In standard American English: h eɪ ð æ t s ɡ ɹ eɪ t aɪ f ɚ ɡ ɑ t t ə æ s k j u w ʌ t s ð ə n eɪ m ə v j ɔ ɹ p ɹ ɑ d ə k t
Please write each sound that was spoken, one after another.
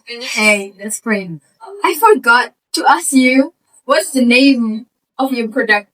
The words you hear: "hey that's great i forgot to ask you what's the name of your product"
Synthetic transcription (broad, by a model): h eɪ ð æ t s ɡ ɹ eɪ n aɪ f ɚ ɡ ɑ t t ə æ s k j u w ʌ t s ð ə n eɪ ə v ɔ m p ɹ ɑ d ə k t